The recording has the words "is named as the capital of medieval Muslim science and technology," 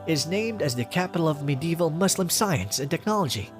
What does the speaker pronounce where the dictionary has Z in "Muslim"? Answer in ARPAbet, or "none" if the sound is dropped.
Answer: S